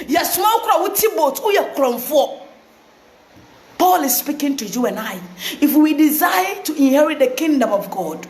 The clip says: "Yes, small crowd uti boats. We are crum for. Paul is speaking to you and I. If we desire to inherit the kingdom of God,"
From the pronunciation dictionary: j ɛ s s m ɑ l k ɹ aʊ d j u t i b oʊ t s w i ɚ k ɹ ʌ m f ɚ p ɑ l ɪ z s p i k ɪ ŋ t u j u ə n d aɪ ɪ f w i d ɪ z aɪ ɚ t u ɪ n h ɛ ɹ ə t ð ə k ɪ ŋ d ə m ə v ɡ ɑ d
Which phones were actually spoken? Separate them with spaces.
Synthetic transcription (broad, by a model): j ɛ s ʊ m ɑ w k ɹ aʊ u t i b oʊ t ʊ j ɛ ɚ k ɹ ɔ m f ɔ p ɑ l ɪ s s p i k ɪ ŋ t u j u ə n aɪ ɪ f w i d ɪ z aɪ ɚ t u ɪ n h ɛ ɹ ə t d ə k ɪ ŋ d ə m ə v ɡ ɑ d